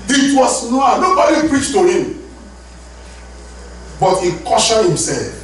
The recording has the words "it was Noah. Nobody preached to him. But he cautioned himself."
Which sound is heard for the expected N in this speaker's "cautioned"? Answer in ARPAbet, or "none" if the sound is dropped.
none